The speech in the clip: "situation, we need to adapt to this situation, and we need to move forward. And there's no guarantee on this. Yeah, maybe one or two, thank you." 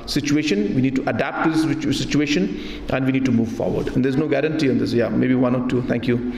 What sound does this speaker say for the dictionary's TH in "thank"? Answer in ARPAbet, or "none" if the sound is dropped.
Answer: T